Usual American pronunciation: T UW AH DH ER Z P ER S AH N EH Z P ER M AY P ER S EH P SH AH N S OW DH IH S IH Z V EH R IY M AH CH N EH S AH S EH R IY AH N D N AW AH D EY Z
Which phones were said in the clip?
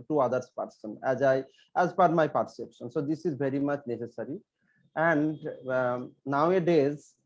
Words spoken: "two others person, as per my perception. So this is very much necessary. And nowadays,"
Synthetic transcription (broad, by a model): T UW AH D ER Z P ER S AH N EH Z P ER M AY P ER S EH P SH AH N S OW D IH S IH Z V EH R IY M AH CH N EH S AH S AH R IY AH N D N AW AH D EY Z